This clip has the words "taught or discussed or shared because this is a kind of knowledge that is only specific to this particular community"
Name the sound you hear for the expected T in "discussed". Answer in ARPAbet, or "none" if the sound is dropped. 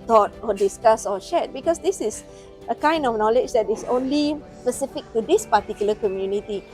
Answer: none